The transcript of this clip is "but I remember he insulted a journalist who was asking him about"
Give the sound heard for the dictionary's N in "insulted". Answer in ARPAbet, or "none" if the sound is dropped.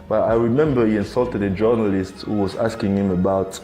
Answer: N